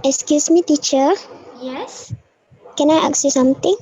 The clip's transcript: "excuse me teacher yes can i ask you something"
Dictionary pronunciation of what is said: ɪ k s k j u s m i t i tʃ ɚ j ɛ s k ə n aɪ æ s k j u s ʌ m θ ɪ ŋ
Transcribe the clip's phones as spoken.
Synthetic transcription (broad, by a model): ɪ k s k j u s m i t i tʃ ɚ j ɛ s k ə n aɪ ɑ k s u s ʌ m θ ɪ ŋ